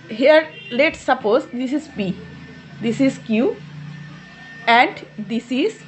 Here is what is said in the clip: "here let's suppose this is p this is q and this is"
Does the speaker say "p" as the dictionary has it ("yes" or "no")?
no